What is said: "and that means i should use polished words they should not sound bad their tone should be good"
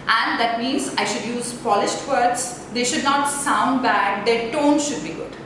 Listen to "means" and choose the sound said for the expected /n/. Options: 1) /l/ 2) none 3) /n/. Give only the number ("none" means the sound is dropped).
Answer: 3